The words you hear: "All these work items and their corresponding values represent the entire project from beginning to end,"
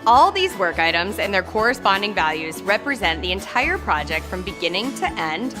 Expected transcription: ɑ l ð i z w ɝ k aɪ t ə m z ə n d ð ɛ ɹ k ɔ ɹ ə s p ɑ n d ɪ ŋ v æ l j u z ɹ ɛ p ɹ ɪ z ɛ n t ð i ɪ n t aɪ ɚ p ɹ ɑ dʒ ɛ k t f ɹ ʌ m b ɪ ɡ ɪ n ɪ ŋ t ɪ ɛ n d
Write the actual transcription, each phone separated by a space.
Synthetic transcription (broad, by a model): ɑ l ð i z w ɝ k aɪ t ə m z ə n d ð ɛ ɹ k ɔ ɹ ə s p ɑ n d ɪ ŋ v æ l j u z ɹ ɛ p ɹ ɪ z ɛ n ð i ɪ n t aɪ ɚ p ɹ ɑ dʒ ɛ k t f ɹ ʌ m b ɪ ɡ ɪ n ɪ ŋ t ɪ ɛ n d